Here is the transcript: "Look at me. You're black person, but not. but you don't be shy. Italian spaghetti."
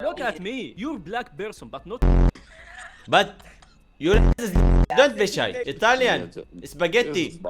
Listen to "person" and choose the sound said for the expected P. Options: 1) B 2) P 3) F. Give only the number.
1